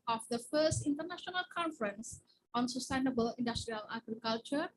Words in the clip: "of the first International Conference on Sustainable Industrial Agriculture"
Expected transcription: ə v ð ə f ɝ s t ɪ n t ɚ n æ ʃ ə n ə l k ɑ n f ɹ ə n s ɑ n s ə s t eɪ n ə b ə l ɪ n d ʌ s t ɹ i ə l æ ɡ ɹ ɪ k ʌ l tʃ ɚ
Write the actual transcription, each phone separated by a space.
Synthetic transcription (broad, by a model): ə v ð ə f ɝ s t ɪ n t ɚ n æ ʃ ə n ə l k ɑ n f ɹ ə n s ɑ n s ə s t eɪ n ə b ə l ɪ n d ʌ s t ɹ i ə l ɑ ɡ ɹ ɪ k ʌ l tʃ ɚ